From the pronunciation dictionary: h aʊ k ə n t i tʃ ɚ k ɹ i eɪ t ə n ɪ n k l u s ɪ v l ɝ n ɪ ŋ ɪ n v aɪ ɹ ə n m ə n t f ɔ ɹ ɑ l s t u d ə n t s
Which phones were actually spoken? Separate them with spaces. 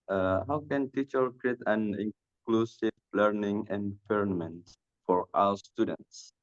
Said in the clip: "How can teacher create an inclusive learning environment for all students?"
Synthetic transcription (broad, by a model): h aʊ k ə n t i tʃ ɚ k ɹ i eɪ t ə n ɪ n k l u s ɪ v l ɝ n ɪ ŋ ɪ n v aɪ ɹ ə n m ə n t f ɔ ɹ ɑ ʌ s t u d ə n t s